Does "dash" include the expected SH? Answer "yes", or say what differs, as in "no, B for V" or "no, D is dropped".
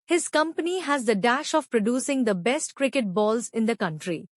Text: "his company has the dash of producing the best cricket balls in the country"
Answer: yes